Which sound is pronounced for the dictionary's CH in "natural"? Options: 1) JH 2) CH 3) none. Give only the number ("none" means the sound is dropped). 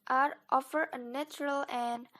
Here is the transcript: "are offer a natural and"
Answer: 2